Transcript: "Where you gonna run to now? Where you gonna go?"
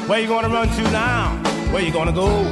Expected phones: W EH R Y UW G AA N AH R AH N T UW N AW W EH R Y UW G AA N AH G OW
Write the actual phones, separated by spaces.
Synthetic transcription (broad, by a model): W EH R Y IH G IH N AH R AH N T UW N AW W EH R Y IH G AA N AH G OW